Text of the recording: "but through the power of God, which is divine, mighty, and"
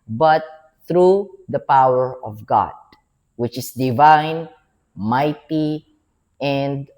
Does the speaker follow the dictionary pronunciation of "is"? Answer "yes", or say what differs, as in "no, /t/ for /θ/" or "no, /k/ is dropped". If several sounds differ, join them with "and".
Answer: no, /s/ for /z/